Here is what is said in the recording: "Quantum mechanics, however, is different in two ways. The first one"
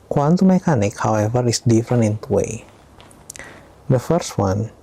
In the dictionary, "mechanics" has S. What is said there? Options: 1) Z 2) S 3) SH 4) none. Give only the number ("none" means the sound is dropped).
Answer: 4